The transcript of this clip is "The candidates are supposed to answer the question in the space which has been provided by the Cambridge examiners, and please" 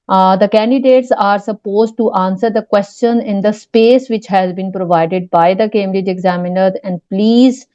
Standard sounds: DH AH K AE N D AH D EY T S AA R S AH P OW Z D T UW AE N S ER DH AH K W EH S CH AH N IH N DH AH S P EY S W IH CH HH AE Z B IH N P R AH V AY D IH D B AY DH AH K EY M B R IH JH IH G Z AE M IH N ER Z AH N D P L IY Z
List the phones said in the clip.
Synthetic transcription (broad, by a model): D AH K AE N D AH D EY T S AA R S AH P OW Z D T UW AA N S ER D AH K W EH S CH AH N IH N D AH S P EY S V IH CH HH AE Z B IH N P R AH V AY D IH D B AY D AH K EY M R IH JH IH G Z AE M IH N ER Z AH N D P L IY Z